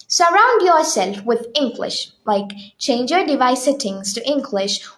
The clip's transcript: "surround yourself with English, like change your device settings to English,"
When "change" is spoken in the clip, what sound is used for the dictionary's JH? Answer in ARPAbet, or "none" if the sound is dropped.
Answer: JH